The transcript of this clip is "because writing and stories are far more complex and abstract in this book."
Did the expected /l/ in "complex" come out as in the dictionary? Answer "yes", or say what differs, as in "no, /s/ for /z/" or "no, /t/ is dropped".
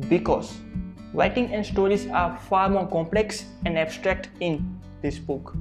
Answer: yes